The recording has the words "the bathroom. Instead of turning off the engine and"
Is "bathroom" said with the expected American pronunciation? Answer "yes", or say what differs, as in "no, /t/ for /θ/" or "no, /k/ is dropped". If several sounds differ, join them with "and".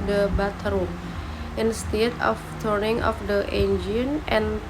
no, /t/ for /θ/